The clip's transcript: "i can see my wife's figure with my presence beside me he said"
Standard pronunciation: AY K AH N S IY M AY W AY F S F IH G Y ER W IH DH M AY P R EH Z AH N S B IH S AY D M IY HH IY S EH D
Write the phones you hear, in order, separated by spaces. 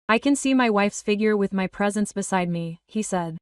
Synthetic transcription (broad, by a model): AY K AH N S IY M AY W AY F S F IH G Y ER W IH DH M AY P R EH Z AH N S B IH S AY D M IY HH IY S EH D